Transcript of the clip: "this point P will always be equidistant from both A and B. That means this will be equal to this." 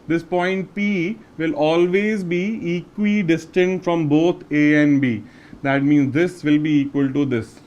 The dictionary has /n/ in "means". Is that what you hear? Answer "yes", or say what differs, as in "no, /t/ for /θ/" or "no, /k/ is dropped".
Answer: yes